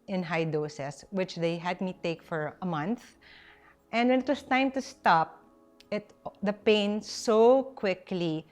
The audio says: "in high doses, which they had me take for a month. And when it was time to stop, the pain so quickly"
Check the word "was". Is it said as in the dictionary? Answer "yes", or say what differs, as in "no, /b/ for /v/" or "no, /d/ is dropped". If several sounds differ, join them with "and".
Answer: no, /s/ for /z/